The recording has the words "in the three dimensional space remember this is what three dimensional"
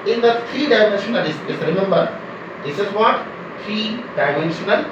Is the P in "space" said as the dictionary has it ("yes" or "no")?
no